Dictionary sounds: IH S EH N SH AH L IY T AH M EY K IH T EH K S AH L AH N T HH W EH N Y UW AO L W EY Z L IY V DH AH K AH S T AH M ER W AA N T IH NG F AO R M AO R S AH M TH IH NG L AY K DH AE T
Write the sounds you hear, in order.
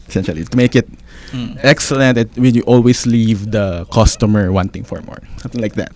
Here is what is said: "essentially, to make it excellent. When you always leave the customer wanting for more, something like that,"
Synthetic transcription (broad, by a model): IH S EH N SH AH L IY T AH M EY K IH T EH K S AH L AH N T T W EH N Y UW AO L W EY S L IY V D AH K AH S T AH M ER W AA N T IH NG F AO R M AO R S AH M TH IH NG L AY K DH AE T